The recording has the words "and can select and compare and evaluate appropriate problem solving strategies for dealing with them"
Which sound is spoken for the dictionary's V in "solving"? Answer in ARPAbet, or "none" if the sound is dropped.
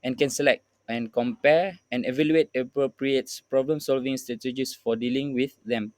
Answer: V